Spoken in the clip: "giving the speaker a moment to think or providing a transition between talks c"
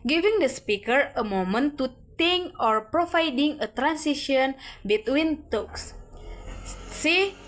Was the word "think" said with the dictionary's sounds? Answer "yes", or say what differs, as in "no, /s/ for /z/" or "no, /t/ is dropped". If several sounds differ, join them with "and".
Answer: no, /t/ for /θ/